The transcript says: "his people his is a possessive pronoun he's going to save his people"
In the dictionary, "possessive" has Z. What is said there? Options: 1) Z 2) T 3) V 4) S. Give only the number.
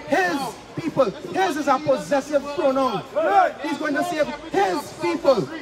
1